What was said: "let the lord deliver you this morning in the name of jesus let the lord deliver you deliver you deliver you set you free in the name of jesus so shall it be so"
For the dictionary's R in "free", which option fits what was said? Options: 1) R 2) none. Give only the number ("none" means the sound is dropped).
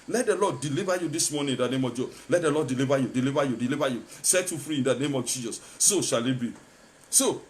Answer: 1